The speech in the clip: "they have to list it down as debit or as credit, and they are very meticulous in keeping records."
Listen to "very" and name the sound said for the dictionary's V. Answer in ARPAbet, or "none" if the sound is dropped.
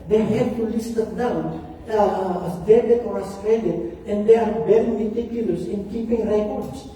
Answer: B